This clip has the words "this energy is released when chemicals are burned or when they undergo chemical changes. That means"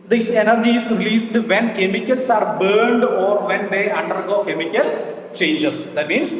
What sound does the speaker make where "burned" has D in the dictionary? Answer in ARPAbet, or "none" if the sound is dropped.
D